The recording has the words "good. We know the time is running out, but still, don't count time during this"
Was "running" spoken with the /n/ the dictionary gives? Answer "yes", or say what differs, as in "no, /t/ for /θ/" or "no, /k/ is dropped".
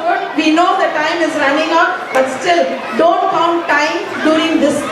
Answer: yes